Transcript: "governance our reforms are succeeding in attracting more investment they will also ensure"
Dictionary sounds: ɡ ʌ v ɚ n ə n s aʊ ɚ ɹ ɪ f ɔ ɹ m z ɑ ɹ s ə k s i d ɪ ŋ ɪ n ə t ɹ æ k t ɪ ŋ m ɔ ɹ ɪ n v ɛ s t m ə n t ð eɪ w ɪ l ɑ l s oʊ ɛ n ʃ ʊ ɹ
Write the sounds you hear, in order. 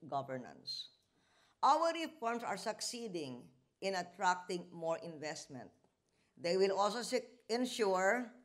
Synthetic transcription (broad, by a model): ɡ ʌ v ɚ n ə n s aʊ ɚ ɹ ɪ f ɔ ɹ m s ɑ ɹ s ə k s i d ɪ ŋ ɪ n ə t ɹ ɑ k t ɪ ŋ m ɔ ɹ ɪ n v ɛ s t m ə n t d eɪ w ɪ l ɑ l s oʊ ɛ n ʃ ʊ ɹ